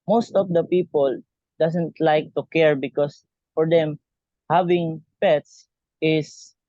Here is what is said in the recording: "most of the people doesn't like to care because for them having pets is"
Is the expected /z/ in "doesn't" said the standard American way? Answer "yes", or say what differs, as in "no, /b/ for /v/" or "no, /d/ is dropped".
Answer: no, /s/ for /z/